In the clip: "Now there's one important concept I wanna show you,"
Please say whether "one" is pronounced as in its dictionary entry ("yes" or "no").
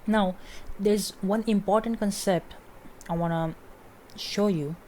yes